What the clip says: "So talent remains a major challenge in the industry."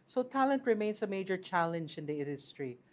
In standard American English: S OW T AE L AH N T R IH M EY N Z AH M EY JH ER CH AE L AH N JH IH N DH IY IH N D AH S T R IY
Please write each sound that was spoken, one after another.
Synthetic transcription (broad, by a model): S OW T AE L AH N T R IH M EY N S AH M EY JH ER CH AE L AH N JH IH N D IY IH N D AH S T R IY